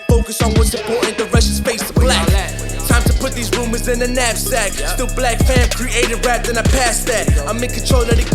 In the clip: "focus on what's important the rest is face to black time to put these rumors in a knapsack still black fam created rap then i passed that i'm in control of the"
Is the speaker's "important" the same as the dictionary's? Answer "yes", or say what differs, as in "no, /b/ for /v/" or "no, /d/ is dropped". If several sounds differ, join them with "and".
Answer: no, /m/ is dropped